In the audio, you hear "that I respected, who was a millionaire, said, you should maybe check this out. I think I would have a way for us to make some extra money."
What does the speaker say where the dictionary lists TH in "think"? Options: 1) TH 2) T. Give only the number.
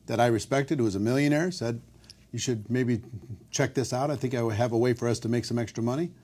1